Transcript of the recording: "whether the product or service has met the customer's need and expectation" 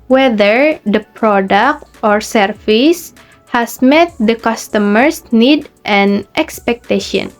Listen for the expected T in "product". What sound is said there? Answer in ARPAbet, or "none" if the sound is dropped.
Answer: T